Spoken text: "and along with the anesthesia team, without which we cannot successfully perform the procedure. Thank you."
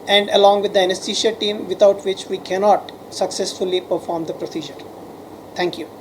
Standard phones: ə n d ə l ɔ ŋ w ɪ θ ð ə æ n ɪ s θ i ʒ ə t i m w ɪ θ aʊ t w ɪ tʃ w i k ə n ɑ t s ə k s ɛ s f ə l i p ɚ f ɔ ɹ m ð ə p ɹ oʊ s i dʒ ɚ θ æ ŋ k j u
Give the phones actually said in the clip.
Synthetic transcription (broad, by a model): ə n d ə l ɔ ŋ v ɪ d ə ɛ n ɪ s t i ʃ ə t i m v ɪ t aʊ t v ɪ tʃ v i k ə n ɑ t s ə k s ɛ s f ə l i p ɚ f ɔ ɹ m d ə p ɹ oʊ s i dʒ ɚ t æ ŋ k j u